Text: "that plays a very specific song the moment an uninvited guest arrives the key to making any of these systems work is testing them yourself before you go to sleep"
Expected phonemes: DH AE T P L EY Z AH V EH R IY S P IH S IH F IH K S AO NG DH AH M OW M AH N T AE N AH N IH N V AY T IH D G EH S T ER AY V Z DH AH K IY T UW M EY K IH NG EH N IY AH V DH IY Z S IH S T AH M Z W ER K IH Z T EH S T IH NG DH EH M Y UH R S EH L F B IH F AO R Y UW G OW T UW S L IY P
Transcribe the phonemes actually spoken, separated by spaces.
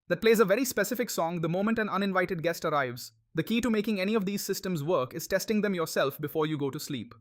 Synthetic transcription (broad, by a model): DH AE T P L EY Z AH V EH R IY S P IH S IH F IH K S AO NG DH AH M OW M AH N T AE N AH N IH N V AY T IH D G EH S T ER AY V Z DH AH K IY T UW M EY K IH NG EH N IY AH V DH IY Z S IH S T AH M Z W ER K IH Z T EH S T IH NG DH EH M Y UH R S EH L F B IH F AO R Y UW G OW T UW S L IY P